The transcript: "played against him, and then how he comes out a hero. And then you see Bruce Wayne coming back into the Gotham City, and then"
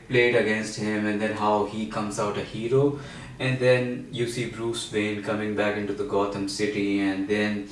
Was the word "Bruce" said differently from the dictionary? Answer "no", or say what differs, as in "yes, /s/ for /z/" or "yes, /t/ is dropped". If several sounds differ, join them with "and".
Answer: no